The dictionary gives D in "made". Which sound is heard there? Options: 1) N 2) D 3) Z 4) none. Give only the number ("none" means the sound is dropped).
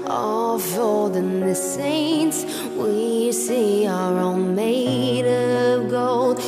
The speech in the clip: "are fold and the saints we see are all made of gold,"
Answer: 2